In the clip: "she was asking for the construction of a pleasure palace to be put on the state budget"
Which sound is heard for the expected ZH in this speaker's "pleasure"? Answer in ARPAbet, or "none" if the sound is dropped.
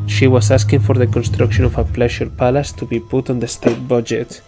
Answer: SH